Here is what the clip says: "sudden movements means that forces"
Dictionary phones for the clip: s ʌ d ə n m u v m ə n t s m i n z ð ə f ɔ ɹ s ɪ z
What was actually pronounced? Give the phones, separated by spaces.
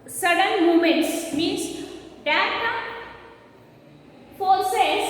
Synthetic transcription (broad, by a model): s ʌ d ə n m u m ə n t s m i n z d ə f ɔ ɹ s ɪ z